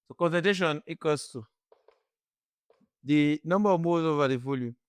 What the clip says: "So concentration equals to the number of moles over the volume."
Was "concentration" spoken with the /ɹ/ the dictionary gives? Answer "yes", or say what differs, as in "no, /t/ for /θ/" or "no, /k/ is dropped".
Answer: no, /ɹ/ is dropped